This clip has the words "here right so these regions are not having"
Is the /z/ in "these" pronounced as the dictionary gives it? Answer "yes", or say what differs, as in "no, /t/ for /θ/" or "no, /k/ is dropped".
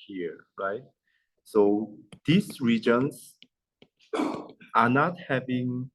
no, /s/ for /z/